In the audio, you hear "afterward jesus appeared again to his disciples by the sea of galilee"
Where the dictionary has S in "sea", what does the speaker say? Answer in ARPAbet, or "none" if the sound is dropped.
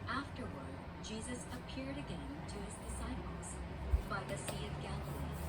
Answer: S